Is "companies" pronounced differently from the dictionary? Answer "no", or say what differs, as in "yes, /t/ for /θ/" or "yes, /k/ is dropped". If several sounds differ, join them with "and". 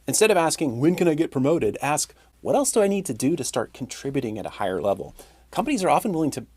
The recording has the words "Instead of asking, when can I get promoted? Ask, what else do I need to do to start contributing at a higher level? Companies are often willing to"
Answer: no